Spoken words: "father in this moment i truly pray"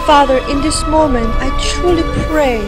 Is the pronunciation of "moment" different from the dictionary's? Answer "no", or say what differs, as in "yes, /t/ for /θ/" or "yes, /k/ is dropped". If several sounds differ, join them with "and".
no